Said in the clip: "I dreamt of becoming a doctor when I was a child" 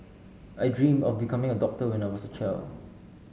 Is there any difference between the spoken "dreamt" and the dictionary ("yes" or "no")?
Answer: yes